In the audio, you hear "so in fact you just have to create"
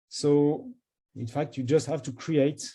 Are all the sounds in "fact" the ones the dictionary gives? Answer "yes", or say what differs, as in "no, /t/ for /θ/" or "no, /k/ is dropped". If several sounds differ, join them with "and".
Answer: yes